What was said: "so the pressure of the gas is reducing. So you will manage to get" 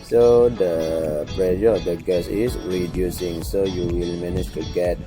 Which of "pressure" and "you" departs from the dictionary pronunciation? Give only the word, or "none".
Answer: pressure